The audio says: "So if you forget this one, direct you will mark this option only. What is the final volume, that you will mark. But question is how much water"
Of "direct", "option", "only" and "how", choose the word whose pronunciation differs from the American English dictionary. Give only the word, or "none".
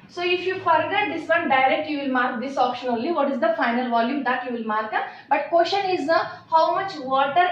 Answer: only